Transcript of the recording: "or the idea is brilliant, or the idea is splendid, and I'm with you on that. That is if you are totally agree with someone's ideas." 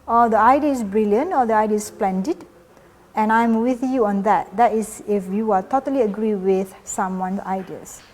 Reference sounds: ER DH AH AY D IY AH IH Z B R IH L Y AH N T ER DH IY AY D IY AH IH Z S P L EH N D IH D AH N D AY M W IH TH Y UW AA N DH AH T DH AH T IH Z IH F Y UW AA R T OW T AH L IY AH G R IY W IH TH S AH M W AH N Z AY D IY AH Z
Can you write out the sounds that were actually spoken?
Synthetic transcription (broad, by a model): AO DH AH AY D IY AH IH S B R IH L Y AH N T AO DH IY AY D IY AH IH S P L EH N D IH D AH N AY M W IH TH Y UW AA N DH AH T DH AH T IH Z IH F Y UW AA L T OW T AH L IY AH G R IY W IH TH S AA M W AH N S AY D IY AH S